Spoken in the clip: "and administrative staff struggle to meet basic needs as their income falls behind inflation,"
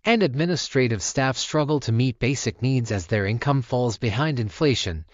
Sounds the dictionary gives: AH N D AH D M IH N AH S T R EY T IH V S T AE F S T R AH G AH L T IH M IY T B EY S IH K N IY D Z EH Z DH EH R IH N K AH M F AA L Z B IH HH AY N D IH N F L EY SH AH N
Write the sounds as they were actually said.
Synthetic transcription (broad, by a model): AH N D AH D M IH N AH S T R EY T IH V S T AE F S T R AH G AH L T IH M IY T B EY S IH K N IY D Z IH Z DH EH R IH N K AH M F AA L Z B IH HH AY N D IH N F L EY SH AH N